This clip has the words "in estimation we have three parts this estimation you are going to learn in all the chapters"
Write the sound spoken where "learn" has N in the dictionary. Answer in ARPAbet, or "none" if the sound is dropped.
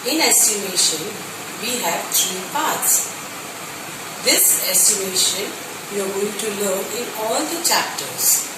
none